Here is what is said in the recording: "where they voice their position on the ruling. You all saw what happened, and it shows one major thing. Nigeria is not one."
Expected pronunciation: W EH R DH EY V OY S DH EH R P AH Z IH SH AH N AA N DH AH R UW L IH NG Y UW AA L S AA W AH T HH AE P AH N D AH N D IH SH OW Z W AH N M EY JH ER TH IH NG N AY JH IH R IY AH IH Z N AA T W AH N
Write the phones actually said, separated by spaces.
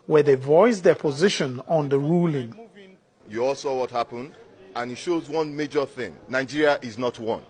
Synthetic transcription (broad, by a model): W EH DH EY V OY S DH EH P AH Z IH SH AH N AA N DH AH R UW L IH NG Y UW AA L S AA W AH T HH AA P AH N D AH N IH SH OW Z W AH N M EY JH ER TH IH NG N AY JH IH R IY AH IH Z N AA T W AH N